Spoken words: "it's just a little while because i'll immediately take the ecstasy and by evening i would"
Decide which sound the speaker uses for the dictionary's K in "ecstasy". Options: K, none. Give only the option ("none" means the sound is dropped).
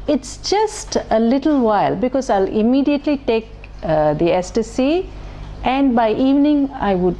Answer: none